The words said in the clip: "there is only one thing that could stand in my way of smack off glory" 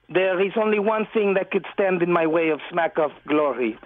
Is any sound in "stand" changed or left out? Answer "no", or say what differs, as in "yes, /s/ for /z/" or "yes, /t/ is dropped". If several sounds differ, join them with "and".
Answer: no